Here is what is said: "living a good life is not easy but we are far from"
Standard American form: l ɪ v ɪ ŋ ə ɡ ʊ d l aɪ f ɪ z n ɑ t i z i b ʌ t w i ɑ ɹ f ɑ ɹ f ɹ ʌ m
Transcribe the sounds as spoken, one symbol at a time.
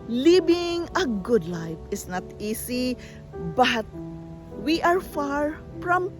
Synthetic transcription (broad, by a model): l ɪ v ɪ ŋ ə ɡ ʊ d l aɪ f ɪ s n ɑ t i s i b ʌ t w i ɑ ɹ f ɑ ɹ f ɹ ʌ m